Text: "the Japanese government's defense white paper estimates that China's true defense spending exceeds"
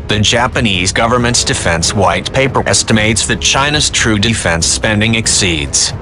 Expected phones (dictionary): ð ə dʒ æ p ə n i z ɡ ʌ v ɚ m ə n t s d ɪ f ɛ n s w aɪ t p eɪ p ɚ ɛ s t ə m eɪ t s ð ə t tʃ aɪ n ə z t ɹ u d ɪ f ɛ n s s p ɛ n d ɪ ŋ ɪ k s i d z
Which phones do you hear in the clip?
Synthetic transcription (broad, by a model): ð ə dʒ æ p ə n i z ɡ ʌ v ɚ m ə n t s d ɪ f ɛ n s w aɪ t p eɪ p ɚ ɛ s t ə m eɪ t s ð ə t tʃ aɪ n ə z t ɹ u d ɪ f ɛ n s s p ɛ n d ɪ ŋ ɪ k s i d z